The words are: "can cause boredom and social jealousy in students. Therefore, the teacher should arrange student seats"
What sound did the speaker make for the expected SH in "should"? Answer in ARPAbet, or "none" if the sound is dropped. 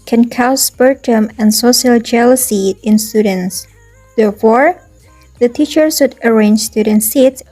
S